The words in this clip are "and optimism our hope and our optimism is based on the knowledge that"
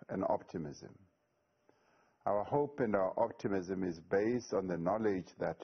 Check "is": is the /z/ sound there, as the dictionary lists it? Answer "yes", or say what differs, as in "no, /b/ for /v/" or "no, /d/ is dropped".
yes